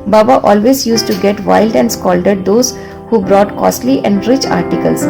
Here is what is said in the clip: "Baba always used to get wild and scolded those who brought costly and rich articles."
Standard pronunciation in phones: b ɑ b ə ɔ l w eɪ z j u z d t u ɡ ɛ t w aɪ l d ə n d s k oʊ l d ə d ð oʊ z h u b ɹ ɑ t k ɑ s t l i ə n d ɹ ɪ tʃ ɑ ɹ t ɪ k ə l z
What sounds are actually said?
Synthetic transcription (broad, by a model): b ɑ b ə ɔ l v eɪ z j u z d t u ɡ ɛ t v aɪ l d ə n d s k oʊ l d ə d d oʊ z h u b ɹ ɑ t k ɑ s t l i ə n d ɹ ɪ tʃ ɑ ɹ t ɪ k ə l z